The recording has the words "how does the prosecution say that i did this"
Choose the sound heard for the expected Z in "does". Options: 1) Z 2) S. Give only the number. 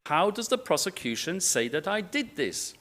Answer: 1